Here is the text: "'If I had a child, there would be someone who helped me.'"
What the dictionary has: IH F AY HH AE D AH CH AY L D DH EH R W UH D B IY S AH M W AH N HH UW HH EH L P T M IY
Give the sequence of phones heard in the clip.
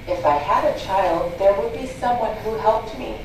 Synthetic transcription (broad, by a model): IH F AY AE D AH CH AY L D DH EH R W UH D B IY S AH M W AH N HH UW HH EH L P T M IY